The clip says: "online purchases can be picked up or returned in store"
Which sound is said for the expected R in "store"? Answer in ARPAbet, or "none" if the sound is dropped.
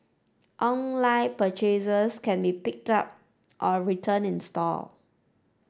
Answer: L